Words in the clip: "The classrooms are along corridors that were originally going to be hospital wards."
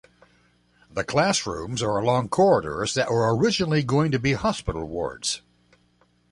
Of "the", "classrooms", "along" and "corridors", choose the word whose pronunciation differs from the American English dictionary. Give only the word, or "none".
none